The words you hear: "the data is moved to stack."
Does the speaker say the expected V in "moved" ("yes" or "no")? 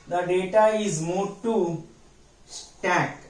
no